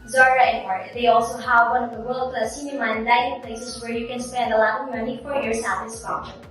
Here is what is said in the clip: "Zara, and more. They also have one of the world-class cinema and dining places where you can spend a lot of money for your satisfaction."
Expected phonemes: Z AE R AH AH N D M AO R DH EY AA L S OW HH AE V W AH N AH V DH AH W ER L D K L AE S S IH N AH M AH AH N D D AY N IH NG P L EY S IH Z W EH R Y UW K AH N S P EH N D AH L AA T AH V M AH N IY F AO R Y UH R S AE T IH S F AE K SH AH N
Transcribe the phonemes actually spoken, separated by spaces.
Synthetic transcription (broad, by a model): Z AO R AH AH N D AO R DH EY AA L S OW HH AE V W AH N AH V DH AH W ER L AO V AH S S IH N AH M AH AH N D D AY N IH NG P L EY S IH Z W EH R Y UW K AH N S P EH N D AH L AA AH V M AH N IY F AO R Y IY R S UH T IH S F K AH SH